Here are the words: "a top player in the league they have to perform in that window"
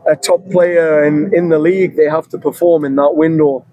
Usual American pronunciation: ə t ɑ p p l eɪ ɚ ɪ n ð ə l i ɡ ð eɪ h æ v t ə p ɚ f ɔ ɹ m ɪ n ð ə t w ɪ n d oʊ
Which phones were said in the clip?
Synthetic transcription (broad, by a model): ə t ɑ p p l eɪ ɚ ɪ n ð ə l i ɡ ð eɪ h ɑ f t ə p ɚ f ɔ ɹ m ɪ n ð ə t w ɪ n d oʊ